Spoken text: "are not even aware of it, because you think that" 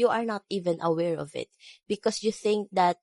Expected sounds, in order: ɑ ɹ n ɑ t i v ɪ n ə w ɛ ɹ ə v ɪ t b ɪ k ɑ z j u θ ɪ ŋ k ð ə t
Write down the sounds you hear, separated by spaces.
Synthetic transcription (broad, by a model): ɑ ɹ n ɑ t i v ɪ n ə w ɛ ɹ ə v ɪ t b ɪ k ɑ s j u θ ɪ ŋ k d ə t